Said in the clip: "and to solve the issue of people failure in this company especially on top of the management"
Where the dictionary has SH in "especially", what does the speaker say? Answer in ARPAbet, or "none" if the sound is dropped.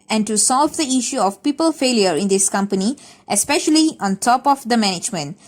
SH